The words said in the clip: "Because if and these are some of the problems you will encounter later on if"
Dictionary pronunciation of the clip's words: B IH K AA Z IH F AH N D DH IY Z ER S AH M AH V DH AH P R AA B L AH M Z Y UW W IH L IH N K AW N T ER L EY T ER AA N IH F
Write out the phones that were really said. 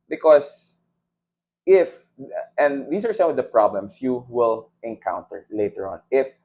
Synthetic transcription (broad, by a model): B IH K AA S IH F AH N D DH IY S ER S AH M AH V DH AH P R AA B L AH M S Y UW W IH L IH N K AW N T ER L EY T ER AA N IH F